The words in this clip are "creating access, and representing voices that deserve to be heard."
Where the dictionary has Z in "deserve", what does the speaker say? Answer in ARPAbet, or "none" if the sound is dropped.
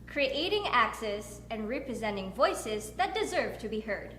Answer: Z